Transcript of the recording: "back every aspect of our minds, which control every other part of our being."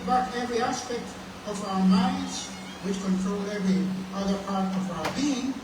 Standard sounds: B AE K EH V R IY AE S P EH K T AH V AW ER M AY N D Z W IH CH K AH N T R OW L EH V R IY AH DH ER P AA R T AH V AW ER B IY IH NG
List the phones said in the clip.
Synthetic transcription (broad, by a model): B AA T EH V R IY AE S P EH K T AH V AW ER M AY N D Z W IH CH K AH N T R OW L EH V R IY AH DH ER P AA R T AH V AW ER B IY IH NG